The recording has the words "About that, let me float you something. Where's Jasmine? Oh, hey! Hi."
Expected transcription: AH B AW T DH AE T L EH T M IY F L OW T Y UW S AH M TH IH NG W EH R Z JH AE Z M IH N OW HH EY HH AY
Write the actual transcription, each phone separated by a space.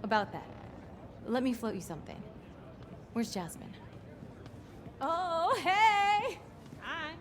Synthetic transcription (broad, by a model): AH B AW T DH AE T L EH T M IY F L OW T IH S AH M TH IH NG W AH R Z JH AE Z M IH N OW HH EY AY